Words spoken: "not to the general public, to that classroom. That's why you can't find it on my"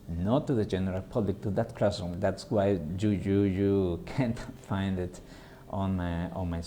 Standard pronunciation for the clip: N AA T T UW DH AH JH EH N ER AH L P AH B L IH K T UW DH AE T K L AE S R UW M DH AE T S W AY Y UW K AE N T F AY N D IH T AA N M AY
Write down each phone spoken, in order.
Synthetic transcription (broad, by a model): N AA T T UW DH AH JH EH N ER AH L P AH B L IH K T UW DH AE T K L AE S UW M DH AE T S W AY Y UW K AE N T F AY N D IH T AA N M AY